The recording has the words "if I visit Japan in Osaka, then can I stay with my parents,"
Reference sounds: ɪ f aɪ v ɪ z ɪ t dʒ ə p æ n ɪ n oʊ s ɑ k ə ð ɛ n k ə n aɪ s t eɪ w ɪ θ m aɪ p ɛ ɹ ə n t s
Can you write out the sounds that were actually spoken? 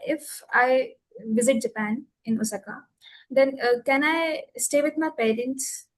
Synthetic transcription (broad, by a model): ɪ f aɪ v ɪ z ɪ t dʒ ə p æ n ɪ n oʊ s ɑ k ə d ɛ n k ə n aɪ s t eɪ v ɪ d m aɪ p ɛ ɹ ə n t s